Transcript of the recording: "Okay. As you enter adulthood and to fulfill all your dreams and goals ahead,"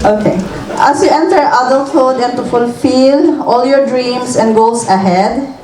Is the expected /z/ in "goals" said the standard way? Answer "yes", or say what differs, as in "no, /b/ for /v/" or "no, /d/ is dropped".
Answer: no, /s/ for /z/